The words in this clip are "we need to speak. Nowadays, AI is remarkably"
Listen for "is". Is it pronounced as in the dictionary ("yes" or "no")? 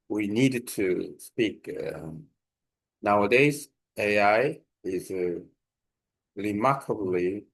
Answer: yes